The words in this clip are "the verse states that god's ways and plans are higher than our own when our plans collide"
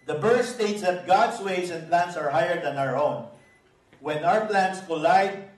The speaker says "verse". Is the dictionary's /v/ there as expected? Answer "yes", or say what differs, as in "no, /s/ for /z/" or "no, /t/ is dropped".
no, /b/ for /v/